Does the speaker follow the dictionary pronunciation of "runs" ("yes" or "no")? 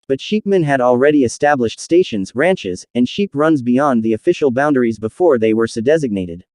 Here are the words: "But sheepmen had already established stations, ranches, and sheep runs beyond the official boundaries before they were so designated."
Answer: yes